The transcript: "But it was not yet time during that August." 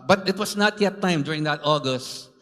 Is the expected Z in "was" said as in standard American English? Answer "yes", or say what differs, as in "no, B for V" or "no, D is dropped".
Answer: no, S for Z